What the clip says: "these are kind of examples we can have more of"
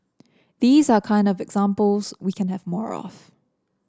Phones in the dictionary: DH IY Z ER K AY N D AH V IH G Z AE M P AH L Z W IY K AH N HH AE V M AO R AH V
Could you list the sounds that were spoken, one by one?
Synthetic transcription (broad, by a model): DH IY Z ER K AY N D AH V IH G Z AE M P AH L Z W IY K AH N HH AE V M AO R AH F